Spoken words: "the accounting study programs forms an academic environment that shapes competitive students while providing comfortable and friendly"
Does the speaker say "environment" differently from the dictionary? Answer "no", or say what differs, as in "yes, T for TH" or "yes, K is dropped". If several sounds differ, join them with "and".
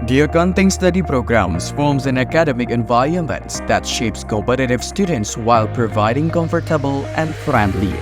yes, R is dropped